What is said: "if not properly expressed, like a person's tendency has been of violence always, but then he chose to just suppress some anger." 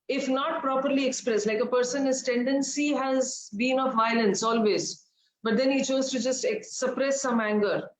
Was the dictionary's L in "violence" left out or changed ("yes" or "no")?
no